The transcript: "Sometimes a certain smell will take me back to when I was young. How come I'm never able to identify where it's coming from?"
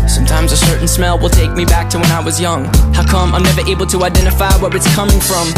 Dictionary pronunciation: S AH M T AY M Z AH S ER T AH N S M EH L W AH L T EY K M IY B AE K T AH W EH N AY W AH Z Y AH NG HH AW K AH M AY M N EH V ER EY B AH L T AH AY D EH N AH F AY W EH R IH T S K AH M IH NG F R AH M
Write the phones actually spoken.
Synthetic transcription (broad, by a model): S AH M T AY M Z AH S ER T N S M EH L W AH L T EY K M IY B AE K T AH W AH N AY W AH Z Y AH NG HH AW K AH M AY M N EH V ER EY B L T AH AY D EH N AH F AY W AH W IH T S K AH M IH NG F R AH M